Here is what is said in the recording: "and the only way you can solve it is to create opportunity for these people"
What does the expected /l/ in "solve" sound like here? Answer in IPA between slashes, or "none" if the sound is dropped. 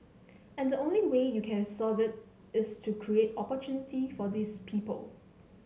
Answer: none